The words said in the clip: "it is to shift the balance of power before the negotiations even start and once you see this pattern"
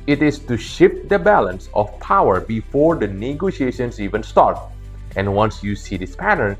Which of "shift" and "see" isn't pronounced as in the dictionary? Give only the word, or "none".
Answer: none